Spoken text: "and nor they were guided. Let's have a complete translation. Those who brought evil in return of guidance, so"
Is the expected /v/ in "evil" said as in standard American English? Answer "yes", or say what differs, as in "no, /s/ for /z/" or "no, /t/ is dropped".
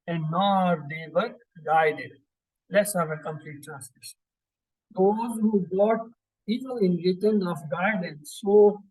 no, /p/ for /v/